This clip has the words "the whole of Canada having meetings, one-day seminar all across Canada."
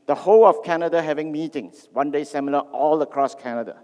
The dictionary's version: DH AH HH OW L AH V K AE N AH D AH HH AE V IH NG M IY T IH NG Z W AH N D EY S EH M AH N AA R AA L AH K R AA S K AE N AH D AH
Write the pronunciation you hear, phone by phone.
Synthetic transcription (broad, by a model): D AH HH OW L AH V K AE N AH D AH HH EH V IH NG M IY T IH NG S W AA N D EY S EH M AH L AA AA L AH K R AA S K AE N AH D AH